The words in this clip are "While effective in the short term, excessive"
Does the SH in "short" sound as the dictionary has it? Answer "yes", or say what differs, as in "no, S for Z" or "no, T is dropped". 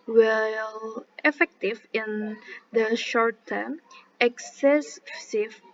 yes